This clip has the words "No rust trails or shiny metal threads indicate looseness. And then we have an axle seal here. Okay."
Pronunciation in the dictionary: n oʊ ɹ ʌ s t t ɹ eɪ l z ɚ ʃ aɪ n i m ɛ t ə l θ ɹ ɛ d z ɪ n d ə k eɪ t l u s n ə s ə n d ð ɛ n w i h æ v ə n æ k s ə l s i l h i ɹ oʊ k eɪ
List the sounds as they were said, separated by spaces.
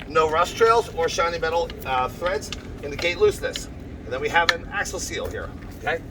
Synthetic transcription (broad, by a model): n oʊ ɹ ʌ s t t ɹ eɪ l z ɚ ʃ aɪ n i m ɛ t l θ ɹ ɛ d z ɪ n d ə k eɪ t l u s n ə s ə n ð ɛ n w i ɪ v ə n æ k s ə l s i l h i ɹ oʊ k eɪ